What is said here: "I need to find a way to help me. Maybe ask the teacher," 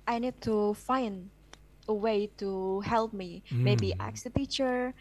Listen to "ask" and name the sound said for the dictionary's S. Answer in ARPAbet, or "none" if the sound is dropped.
none